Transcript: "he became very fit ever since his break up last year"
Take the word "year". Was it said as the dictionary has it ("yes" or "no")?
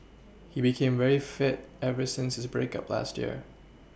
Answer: yes